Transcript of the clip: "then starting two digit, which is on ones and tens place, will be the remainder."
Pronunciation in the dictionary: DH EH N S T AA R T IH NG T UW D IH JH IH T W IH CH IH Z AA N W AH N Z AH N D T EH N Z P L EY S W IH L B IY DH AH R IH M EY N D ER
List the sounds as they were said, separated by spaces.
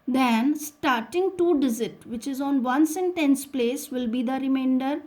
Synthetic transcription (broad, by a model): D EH N S T AA R T IH NG T UW D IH Z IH T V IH CH IH Z AA N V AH N S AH N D T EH N S P L EY S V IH L B IY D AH R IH M EY N D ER